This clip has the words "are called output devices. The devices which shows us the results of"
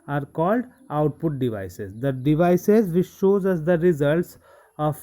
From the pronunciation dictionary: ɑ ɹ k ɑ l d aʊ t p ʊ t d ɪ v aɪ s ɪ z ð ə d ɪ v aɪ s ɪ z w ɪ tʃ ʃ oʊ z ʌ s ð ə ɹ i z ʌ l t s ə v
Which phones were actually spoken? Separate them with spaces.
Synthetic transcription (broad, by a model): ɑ ɹ k ɑ l d aʊ t p ʊ t d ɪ v aɪ s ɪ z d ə d ɪ v aɪ s ɪ z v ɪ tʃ ʃ oʊ z ʌ s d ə ɹ i z ʌ l t s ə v